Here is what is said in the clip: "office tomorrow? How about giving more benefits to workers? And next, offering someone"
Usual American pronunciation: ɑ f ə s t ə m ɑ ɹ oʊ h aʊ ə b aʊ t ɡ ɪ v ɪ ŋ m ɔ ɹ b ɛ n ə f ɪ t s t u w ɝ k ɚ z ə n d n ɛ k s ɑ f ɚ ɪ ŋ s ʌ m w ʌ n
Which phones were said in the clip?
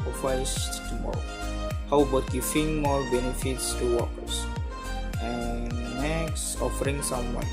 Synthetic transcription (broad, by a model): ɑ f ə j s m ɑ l h aʊ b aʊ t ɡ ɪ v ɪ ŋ m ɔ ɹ b ɛ n ə f ɪ t s t u w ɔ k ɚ s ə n n ɛ k s ɑ f ɚ ɪ ŋ s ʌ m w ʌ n